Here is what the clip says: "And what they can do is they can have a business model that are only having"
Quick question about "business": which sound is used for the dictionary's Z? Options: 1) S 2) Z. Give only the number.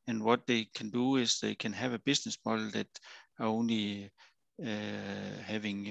1